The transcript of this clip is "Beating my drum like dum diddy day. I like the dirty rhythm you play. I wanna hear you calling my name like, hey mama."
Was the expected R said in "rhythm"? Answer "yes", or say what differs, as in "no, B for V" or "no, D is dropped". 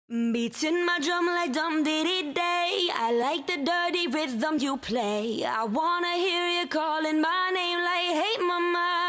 no, W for R